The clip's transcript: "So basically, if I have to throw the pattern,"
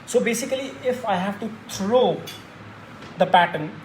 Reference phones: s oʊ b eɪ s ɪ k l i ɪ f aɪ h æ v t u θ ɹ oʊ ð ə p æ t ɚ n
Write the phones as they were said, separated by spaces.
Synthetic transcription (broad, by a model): s oʊ b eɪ s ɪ k l i ɪ f aɪ h æ v t u t ɹ oʊ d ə p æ t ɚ n